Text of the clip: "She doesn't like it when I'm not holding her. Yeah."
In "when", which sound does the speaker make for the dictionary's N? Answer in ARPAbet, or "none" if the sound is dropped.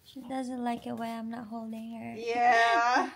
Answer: none